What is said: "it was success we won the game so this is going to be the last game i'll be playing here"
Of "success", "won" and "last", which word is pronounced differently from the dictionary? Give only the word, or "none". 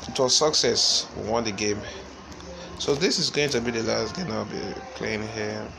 none